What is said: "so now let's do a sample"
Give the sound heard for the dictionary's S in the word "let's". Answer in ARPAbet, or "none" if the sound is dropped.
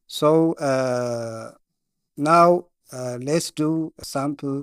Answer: S